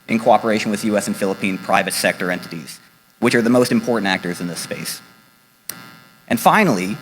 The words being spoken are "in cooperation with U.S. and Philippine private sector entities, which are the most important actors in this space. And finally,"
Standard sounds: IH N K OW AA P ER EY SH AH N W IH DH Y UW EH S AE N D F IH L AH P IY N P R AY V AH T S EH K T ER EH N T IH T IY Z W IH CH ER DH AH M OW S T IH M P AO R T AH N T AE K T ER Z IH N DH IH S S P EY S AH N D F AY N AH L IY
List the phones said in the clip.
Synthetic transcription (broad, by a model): IH N K OW AA P ER EY SH AH N W IH DH Y UW EH S N F IH L AH P IY N P R AY V AH T S EH K T ER EH N T IH T IY Z W IH CH ER DH AH M OW S T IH M P AO R T N T AE K T ER Z IH N DH IH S S P EY S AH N F AY N L IY